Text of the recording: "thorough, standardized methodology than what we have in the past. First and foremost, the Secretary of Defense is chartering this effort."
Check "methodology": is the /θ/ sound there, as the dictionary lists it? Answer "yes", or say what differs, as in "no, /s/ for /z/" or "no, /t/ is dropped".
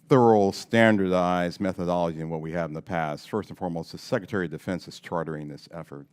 yes